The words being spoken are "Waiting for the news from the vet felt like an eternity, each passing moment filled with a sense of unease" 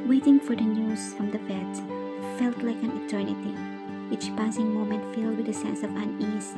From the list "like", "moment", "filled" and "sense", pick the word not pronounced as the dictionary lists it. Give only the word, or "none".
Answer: none